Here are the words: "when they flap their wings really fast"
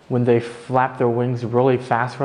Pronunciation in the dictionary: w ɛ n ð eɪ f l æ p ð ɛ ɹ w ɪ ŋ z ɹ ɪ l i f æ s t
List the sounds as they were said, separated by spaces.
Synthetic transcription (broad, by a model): w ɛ n ð eɪ f l æ p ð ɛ ɹ w ɪ ŋ z ɹ ɪ l i f æ s t